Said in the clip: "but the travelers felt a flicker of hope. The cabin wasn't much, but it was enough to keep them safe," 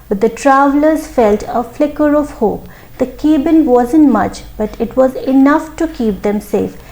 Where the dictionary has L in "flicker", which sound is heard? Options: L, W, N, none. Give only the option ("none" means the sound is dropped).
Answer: L